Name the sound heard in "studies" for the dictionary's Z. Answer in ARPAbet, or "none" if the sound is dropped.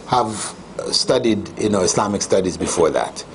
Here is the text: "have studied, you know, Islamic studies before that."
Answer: Z